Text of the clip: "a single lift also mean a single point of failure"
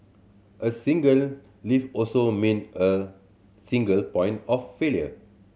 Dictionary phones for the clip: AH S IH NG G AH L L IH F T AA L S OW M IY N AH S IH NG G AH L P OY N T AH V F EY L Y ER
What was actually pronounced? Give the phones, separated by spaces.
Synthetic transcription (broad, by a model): AH S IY NG G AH L L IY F AA L S OW M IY N AH S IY NG G AH L P OY N T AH F F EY L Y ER